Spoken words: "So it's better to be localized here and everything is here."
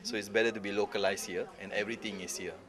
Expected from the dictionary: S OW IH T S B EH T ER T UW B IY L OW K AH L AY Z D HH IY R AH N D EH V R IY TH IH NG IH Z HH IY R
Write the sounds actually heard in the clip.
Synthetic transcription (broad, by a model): S OW IH T S B EH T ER T UW B IY L OW K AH L AY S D HH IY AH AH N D EH V R IY T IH NG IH S HH IY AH